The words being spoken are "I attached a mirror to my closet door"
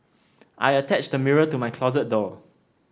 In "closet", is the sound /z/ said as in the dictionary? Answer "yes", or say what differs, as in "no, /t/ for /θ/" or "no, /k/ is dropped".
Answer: yes